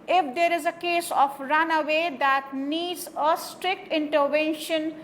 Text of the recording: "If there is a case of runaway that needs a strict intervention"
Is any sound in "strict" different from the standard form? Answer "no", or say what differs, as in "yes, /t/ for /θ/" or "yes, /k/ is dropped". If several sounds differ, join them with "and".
no